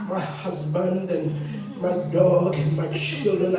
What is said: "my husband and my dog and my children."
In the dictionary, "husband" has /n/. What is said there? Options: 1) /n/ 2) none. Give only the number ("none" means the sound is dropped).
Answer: 1